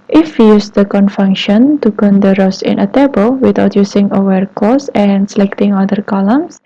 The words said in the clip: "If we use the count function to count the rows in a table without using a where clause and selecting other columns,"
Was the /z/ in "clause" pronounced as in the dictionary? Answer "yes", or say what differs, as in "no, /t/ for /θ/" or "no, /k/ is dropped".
no, /s/ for /z/